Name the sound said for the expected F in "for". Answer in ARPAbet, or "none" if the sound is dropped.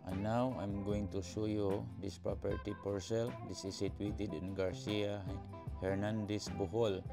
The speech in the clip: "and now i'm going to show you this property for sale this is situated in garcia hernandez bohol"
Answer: P